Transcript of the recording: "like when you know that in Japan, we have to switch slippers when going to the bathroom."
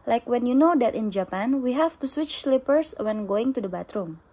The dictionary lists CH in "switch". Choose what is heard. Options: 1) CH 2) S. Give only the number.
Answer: 1